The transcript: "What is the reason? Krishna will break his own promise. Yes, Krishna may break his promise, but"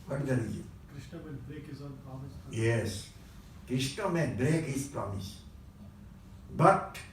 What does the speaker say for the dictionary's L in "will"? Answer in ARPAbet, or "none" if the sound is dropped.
N